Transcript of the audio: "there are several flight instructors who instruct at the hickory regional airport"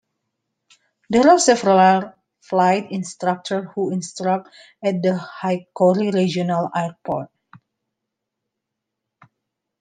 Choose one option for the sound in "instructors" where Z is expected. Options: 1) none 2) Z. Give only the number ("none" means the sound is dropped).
1